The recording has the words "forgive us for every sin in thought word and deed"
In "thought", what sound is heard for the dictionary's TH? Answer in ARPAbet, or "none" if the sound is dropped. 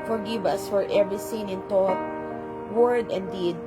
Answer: T